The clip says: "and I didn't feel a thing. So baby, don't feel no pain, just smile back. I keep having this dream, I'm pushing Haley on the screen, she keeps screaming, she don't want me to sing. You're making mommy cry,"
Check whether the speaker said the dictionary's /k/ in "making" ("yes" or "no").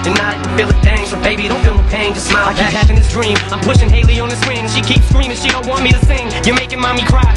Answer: yes